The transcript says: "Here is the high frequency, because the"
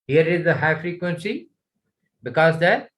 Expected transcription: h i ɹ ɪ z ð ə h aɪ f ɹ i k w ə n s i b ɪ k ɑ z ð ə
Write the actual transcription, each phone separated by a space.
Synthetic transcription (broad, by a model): h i ɹ ɪ z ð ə h aɪ f ɹ i k w ə n s i b ɪ k ɑ z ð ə